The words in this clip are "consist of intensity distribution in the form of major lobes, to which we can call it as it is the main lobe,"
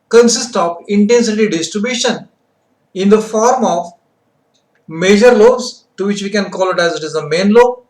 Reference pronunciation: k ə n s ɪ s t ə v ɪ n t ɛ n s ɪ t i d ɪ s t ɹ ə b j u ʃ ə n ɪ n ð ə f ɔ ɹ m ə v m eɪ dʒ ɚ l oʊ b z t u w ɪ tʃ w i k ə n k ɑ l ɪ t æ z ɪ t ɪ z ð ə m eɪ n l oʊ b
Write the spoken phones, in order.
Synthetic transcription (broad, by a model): k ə n s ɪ s t ə v ɪ n t ɛ n s ɪ t i d ɪ s t ɹ ə b j u ʃ ə n ɪ n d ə f ɔ ɹ m ə v m eɪ dʒ ɚ l oʊ z t u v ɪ tʃ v i k ə n k ɑ l ɪ t æ z ɪ t ɪ z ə m eɪ n l oʊ